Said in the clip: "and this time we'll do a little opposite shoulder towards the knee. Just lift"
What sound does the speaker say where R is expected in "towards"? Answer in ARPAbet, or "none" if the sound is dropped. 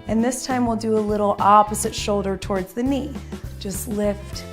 R